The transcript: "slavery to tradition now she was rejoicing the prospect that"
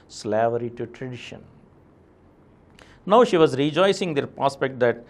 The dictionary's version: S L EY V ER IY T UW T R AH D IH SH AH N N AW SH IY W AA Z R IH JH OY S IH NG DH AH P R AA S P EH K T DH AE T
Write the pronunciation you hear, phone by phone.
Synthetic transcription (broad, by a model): S L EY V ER IY T UW T R AH D IH SH AH N N AW SH IY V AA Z R IH JH OY S IH NG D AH P R AA S P EH K T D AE T